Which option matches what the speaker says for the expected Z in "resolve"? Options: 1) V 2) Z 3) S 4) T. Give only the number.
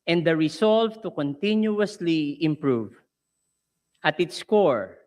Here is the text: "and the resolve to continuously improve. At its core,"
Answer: 3